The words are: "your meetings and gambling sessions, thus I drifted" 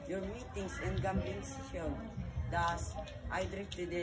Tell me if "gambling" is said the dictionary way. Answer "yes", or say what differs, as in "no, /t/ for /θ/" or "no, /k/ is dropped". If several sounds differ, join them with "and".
no, /l/ is dropped